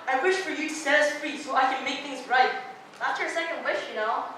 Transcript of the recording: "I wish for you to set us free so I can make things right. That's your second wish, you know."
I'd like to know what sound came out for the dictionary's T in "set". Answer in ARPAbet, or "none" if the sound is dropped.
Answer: none